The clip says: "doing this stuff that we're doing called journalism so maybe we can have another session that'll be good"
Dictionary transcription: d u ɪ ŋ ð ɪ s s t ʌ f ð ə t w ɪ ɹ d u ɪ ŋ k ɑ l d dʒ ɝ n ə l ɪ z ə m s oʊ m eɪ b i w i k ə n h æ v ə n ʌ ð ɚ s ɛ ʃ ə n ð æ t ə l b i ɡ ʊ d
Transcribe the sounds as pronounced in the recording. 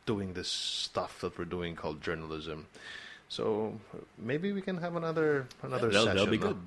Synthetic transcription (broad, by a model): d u ɪ ŋ ð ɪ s s t ʌ f ð ə t w ɪ ɹ d u ɪ ŋ k ɑ l d dʒ ɝ n ə l ɪ z ə m s oʊ m eɪ b i w i k ə n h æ v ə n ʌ ð ɚ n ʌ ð ə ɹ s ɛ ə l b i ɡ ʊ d